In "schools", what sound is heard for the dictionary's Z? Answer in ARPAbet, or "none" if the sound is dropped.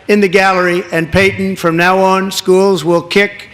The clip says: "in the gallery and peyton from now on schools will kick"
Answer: Z